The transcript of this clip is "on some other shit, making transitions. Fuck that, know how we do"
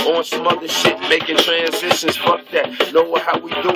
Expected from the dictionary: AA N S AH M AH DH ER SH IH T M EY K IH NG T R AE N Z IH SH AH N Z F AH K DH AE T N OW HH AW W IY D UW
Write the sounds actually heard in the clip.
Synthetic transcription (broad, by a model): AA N S AH M AH DH ER S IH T M EY K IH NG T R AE N Z IH SH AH N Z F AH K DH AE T N OW HH AW W IY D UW